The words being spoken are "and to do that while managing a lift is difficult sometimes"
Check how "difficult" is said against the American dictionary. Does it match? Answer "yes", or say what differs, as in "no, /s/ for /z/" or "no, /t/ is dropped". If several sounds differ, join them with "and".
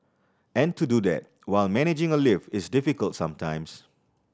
yes